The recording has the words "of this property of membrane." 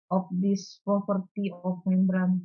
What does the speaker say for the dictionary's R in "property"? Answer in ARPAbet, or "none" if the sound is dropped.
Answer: none